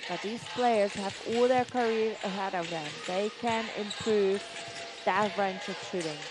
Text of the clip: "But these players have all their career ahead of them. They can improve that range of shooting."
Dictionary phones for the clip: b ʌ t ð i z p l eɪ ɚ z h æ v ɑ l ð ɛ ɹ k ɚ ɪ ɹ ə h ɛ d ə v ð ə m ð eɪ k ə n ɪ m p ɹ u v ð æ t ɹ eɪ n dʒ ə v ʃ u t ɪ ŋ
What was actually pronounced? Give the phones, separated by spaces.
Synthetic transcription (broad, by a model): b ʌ t ð i z p l eɪ ɚ z h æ v ɑ l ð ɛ ɹ k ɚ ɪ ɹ ə h ɛ d ə v ð ə m ð eɪ k ə n ɪ m p ɹ u v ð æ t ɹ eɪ n tʃ ə v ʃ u t ɪ ŋ